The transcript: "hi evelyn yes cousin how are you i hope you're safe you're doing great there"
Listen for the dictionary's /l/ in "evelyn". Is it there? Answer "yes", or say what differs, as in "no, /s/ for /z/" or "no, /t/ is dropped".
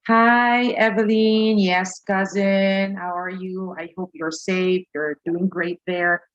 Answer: yes